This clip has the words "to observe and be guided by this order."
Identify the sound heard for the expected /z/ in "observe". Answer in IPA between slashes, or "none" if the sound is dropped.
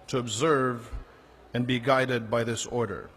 /z/